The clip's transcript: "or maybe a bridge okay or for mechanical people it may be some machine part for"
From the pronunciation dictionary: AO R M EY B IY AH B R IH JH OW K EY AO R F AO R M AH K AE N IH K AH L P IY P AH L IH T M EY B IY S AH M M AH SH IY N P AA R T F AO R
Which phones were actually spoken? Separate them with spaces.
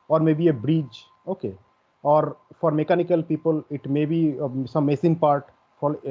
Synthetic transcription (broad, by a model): AO R M EY B IY AH B R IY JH OW K EY AO R F AO R M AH K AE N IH K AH L P IY P AH L IH T M EY B IY S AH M M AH S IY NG P AA R T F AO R